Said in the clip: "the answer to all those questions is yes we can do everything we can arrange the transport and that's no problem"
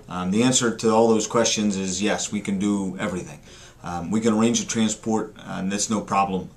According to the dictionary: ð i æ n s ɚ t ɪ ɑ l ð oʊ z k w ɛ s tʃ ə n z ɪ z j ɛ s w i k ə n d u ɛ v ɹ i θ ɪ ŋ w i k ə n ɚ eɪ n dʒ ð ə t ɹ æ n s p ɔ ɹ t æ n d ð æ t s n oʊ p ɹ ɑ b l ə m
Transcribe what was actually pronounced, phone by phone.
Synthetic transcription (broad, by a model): ð i æ n s ɚ t ɪ ɑ l ð oʊ z k w ɛ s tʃ ə n z ɪ z j ɛ s w i k ə n d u ɛ v ɹ i θ ɪ ŋ w i k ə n ɚ eɪ n dʒ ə t ɹ æ n s p ɔ ɹ t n ð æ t s n oʊ p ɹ ɑ b l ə m